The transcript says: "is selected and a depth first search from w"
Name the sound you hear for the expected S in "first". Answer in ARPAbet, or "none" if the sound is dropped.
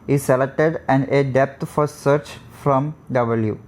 none